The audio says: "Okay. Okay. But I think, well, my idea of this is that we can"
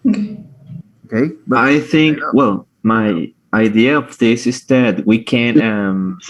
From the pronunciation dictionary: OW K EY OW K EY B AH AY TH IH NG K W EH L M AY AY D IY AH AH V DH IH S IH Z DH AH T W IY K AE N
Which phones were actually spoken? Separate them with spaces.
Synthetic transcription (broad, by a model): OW K EY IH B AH AY TH IH NG K W EH L M AY AY D IY AH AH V DH IH S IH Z DH AH T W IY K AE N